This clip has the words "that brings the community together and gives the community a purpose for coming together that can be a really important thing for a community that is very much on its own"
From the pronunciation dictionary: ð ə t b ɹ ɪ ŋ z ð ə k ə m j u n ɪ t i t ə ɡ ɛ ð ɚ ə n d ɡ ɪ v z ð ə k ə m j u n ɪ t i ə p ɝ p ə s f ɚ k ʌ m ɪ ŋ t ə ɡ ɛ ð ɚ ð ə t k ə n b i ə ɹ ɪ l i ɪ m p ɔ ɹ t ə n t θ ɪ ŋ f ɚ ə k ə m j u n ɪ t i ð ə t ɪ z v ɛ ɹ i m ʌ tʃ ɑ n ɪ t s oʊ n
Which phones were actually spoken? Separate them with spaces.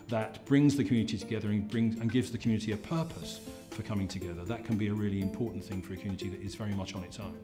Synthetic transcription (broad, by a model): ð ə t b ɹ ɪ ŋ z ð ə k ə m j u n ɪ t i t ə ɡ ɛ ð ɚ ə n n ɡ ɪ v z ð ə k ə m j u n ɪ t i ə p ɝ p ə s f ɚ k ʌ m ɪ ŋ t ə ɡ ɛ ð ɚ ð ə t k ə n b i ə ɹ ɪ l i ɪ m p ɔ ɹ t n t θ ɪ ŋ f ɚ ə k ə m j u n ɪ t i ð ə t ɪ z v ɛ ɹ i m ʌ tʃ n ɪ t s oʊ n